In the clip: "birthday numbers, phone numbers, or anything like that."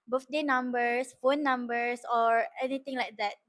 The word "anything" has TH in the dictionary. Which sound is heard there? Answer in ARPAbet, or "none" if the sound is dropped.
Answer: T